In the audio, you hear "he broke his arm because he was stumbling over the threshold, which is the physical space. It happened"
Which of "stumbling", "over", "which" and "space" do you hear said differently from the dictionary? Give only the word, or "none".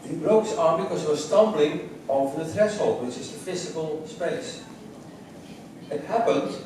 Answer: which